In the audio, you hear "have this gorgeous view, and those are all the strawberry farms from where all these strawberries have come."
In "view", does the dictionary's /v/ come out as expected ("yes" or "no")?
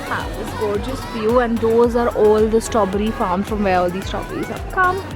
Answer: no